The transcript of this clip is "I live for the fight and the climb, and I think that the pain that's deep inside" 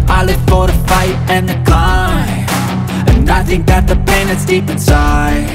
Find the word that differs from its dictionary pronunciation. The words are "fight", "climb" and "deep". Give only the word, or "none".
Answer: climb